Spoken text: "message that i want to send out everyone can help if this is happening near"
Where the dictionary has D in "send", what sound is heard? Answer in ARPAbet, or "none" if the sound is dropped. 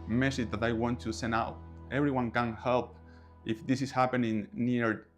none